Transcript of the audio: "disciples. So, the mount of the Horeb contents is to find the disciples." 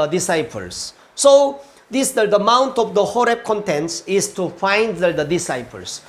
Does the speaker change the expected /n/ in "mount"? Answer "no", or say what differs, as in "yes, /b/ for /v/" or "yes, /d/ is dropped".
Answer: no